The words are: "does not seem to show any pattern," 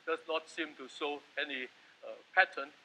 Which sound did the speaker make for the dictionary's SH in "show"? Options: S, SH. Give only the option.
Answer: S